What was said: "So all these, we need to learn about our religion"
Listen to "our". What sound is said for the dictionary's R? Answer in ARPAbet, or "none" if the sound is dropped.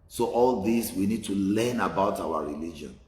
W